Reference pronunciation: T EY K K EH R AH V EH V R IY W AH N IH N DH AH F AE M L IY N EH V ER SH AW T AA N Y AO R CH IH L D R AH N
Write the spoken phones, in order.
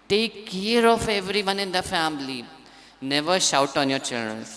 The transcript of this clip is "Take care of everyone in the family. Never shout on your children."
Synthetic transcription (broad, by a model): T EY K K EH R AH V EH V R IY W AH N IH N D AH F AE M L IY N EH V ER SH AW T AA N Y AO R CH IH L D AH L